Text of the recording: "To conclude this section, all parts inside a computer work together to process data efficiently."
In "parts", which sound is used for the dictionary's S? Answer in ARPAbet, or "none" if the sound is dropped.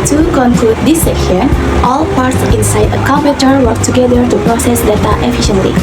S